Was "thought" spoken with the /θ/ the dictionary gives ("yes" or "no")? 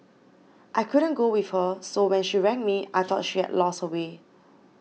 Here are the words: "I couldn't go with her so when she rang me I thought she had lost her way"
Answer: no